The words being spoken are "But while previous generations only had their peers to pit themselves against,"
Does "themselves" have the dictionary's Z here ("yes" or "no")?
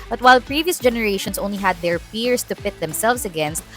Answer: no